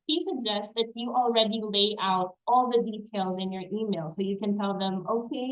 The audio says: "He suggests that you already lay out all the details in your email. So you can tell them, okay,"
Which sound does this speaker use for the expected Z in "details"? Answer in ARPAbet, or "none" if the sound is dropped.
Z